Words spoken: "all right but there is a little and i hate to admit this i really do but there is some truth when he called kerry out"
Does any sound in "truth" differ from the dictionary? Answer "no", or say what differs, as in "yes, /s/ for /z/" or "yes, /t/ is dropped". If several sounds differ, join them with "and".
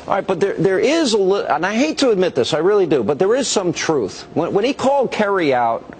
no